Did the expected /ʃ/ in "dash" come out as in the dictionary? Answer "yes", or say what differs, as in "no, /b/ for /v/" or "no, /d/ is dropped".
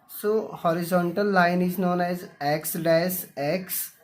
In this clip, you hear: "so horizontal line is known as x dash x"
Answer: no, /s/ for /ʃ/